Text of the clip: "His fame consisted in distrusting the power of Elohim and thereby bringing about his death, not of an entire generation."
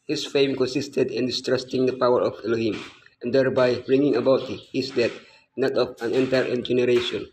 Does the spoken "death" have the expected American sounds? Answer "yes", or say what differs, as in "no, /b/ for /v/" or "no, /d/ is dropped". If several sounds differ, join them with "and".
no, /t/ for /θ/